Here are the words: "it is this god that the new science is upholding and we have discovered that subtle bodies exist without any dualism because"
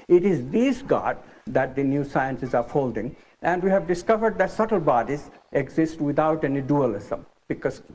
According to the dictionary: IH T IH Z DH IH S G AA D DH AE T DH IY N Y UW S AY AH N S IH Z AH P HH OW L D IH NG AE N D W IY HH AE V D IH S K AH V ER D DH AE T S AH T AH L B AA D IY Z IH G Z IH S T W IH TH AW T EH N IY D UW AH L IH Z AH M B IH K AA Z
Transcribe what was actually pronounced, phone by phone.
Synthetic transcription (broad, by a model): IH T IH Z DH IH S G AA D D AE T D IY N Y UW S AY AH N S IH Z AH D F OW L D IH NG AE N D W IY HH AE V D IH S K AH V ER D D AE T S AH T AH L B AA D IY Z IH G Z IH S T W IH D AW T EH N IY D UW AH L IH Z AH M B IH K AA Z